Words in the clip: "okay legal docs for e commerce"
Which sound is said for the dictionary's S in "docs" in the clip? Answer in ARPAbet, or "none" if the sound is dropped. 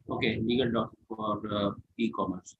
none